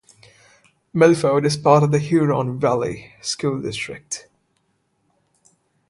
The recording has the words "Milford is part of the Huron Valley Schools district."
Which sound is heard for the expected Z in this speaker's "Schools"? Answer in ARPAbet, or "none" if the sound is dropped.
none